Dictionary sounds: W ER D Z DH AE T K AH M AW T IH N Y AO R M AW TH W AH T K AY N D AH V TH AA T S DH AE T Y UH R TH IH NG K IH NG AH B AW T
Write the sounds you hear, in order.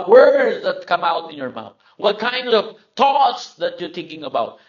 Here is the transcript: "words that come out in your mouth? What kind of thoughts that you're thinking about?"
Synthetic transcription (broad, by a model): W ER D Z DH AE T K AH M AW T IH N Y AO R M AW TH W AH T K AY N D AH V T AA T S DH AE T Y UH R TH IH NG K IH NG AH B AW T